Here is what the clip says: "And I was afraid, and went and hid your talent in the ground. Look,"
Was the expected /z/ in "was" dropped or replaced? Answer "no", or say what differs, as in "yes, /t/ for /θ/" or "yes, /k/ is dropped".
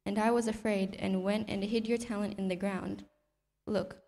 no